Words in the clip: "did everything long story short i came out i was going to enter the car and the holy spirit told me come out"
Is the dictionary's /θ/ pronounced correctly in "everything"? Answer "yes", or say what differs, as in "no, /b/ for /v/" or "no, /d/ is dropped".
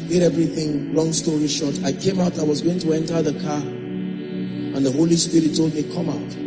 yes